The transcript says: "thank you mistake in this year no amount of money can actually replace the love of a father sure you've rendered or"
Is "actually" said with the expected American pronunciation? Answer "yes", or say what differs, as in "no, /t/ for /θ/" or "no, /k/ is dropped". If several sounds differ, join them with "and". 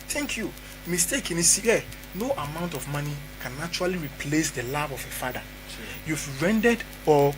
no, /k/ is dropped